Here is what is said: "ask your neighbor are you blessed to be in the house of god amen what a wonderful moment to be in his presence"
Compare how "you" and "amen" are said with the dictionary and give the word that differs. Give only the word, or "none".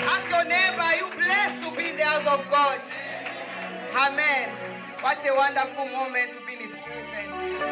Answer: none